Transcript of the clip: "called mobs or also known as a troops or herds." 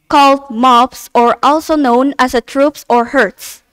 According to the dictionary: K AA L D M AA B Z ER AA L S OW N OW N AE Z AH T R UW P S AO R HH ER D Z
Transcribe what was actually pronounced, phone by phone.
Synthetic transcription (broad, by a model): K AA L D M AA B S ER AA L S OW N OW N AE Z AH T R UW P S AO R HH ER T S